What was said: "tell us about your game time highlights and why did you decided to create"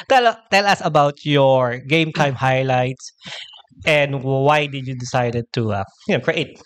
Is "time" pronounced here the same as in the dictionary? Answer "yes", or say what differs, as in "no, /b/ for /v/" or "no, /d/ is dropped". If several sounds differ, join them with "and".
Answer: yes